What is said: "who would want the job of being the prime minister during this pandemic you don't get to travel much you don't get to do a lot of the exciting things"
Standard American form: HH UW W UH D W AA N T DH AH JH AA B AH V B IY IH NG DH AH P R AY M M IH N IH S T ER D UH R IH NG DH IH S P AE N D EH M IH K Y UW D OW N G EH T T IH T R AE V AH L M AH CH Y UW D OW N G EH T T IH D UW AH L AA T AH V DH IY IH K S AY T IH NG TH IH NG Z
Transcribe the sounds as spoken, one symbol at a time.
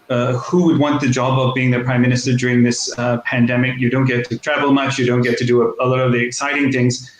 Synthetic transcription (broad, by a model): HH UW W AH D W AA N DH AH JH AA B AH V B IY IH NG DH AH P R AY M M IH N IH S T ER D UH R IH NG DH IH S P AE N D EH M IH K Y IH D OW N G EH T T IH T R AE V L M AH CH Y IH D OW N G EH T T IH D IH AH L AA T AH V DH IY IH K S AY T IH NG TH IH NG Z